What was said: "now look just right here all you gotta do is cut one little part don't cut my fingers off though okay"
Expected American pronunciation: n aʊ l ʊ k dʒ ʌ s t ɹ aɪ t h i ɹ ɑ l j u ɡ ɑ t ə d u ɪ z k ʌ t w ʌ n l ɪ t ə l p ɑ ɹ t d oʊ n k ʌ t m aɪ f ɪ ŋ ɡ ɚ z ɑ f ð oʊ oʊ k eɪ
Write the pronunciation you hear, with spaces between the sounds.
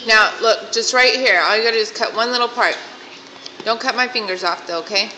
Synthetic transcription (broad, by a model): n aʊ l ʊ k dʒ ʌ s t ɹ aɪ t h i ɹ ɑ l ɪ ɡ ɑ t ə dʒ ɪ s k ʌ t w ʌ n l ɪ t l p ɑ ɹ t d oʊ n k ʌ t m aɪ f ɪ ŋ ɡ ɚ z ɑ f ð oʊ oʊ k eɪ